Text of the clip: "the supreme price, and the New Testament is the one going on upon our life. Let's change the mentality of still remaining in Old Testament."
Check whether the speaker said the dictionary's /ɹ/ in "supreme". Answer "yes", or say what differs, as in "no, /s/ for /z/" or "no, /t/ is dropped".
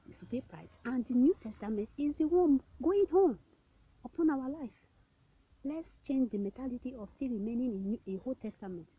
no, /ɹ/ is dropped